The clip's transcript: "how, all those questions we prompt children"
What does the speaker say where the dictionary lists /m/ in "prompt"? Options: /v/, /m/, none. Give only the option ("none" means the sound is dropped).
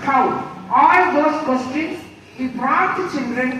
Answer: none